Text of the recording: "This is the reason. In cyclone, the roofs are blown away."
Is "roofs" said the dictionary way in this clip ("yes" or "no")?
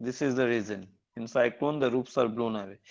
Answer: no